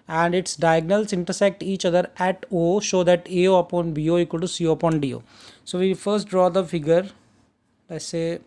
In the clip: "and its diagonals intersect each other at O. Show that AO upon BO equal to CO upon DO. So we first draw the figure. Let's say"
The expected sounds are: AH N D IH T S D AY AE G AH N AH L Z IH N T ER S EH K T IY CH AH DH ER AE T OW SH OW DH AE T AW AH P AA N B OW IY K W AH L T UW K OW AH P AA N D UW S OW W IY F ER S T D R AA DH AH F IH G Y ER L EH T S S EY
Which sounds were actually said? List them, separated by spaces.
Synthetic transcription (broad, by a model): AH N D IH T S D AY G N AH L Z IH N T ER S EH K T IY CH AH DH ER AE T OW SH OW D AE T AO AH P AA N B OW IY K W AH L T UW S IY AH P AA N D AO S OW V IY F ER S T D R AA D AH F IH G Y ER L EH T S S EY